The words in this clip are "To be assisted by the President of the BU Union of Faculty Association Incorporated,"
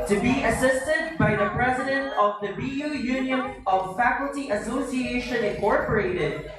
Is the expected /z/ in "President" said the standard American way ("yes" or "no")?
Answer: yes